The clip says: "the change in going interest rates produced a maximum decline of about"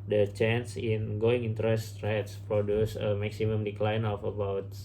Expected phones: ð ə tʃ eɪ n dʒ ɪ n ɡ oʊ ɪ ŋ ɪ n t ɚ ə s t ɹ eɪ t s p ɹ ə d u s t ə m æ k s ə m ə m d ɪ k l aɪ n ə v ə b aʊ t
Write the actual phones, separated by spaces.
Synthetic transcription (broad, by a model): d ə tʃ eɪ n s ɪ n ɡ oʊ ɪ ŋ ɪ n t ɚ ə s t ɹ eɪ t s p ɹ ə d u s ə m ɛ k s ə m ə m d ɪ k l aɪ n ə f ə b aʊ t